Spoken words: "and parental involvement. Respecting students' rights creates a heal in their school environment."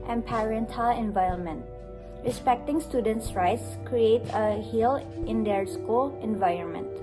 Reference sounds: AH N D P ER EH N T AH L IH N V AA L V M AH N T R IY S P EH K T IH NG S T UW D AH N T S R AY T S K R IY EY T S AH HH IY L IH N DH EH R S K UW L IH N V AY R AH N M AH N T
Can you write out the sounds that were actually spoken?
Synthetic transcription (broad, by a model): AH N P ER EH N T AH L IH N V AA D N M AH N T R IY S P EH K T IH NG S T UW D AH N T S R AY T S K R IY EY T AH HH IY L IH N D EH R S K UW L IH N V AY R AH N M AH N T